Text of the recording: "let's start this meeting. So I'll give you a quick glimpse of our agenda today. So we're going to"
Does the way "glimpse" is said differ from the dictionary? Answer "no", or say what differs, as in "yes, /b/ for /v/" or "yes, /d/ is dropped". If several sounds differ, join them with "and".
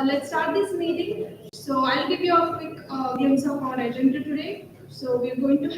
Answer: yes, /l/ is dropped and /p/ is dropped